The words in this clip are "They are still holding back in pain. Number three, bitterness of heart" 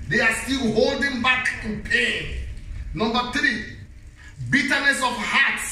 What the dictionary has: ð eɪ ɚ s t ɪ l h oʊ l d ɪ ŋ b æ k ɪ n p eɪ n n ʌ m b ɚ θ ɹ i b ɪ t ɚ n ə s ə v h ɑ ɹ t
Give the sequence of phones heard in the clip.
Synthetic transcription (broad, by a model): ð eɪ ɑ s t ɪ l h oʊ l d ɪ ŋ b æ k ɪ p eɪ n n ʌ m b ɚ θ ɹ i b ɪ t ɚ n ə s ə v h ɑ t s